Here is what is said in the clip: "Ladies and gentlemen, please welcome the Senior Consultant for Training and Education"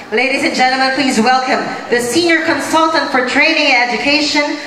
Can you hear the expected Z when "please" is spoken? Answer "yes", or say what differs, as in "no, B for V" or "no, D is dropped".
yes